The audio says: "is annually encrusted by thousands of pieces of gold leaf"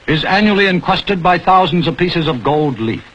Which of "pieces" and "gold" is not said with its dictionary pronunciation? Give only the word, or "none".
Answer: none